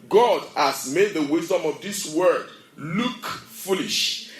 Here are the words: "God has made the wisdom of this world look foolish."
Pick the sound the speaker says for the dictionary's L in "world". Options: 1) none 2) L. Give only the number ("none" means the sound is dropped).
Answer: 1